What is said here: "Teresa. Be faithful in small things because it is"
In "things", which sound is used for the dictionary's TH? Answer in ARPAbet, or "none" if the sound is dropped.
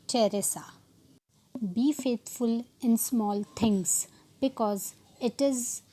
T